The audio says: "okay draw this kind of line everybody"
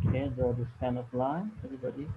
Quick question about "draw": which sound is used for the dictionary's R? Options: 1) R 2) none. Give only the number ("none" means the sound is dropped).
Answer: 2